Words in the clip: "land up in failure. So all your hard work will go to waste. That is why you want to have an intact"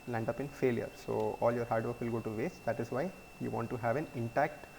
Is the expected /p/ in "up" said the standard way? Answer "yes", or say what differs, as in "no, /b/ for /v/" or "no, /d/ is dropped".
yes